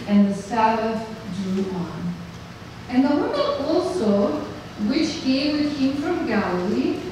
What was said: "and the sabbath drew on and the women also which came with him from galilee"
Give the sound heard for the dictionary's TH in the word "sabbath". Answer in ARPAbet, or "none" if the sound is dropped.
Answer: F